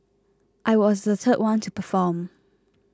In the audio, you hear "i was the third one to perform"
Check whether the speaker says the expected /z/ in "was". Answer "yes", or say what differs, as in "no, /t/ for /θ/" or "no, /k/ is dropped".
yes